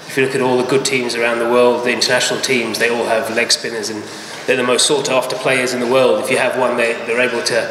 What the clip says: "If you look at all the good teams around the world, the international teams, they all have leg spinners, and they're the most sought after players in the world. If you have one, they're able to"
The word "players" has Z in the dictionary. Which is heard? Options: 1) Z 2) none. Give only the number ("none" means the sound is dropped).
1